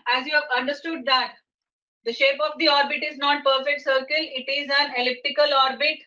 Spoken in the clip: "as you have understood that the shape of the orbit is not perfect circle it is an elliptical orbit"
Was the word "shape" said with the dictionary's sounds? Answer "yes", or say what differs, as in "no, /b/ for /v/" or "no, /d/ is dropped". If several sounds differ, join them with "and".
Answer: yes